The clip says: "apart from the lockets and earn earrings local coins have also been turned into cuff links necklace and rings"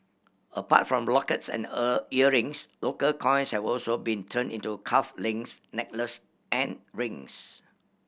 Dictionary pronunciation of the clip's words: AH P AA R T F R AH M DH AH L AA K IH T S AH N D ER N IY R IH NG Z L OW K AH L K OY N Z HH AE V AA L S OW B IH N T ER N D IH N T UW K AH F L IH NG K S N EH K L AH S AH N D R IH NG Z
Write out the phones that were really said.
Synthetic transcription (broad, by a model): AH P AA T F R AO M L AA K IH T S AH N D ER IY R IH NG S L OW K AH L K OY N S HH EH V AA L S OW B IH N T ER N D IH N T UW K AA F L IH NG S N EH K L AH S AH N R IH NG S